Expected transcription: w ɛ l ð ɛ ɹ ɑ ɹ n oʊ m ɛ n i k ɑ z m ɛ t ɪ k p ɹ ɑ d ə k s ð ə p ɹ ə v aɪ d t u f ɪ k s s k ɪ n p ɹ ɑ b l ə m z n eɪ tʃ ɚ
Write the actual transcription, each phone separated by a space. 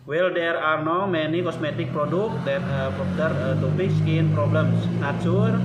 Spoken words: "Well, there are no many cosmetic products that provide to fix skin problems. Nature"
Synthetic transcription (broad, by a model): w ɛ l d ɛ ɹ ɑ ɹ n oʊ m ɛ n i k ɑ s m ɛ t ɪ k p ɹ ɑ d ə k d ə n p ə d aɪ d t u p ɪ k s s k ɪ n p ɹ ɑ b l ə m s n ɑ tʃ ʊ